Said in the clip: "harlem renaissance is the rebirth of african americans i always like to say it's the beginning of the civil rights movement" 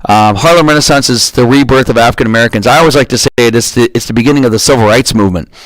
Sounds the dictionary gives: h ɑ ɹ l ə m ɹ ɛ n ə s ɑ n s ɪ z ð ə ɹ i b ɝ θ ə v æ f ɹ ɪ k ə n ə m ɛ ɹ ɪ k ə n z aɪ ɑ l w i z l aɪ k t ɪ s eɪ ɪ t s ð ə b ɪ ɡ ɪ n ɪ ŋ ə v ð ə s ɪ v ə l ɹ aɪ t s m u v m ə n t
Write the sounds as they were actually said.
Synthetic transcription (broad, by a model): h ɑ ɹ l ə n ɹ ɛ n ə s ɑ n s ɪ z ð ə ɹ i b ɝ θ ə v æ f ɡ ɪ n ə m ɛ ɹ ɪ k ə n z aɪ ɑ l w i z l aɪ k t ɪ s eɪ ɪ t s ð ə b ɪ ɡ ɪ n ɪ ŋ ə v ð ə s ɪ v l ɹ aɪ t s m u v m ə n t